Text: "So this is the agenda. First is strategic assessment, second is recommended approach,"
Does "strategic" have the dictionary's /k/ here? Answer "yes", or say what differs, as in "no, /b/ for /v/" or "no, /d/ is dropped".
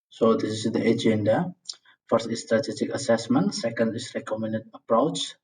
yes